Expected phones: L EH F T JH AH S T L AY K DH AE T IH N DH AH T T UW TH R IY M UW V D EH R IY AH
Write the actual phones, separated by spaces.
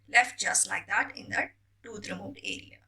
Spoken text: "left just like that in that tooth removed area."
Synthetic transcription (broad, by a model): L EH F T JH AH S T L AY K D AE T IH N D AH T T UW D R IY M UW D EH R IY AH